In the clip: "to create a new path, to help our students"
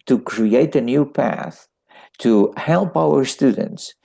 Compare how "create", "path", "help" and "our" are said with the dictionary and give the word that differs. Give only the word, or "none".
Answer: none